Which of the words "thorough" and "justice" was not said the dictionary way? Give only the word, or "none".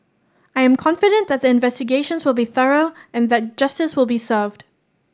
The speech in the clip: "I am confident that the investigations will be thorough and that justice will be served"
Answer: none